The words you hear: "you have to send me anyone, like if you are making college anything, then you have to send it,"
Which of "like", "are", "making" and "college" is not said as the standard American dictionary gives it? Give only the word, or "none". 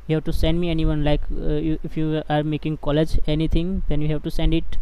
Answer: none